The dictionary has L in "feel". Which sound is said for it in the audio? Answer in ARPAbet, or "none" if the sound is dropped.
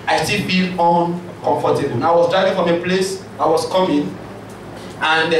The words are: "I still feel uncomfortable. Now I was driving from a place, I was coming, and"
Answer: N